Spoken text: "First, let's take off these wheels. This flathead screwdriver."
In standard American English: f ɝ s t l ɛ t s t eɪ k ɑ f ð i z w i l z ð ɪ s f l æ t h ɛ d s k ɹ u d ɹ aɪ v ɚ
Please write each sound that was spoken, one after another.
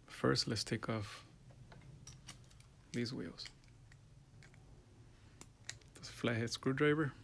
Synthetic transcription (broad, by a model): f ɝ s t l ɛ t s t eɪ k ɑ f ð i z w i l z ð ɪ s f l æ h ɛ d s k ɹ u d ɹ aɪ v ɚ